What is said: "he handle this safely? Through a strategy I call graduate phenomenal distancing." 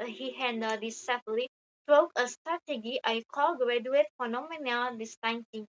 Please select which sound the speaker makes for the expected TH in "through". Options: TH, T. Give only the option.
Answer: T